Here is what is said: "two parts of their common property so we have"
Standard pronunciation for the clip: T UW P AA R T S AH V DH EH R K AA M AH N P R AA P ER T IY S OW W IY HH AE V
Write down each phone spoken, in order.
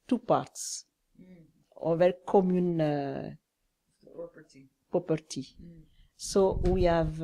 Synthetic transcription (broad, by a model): T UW P AA R T S AH V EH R K AA M AH N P AA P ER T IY S OW W IY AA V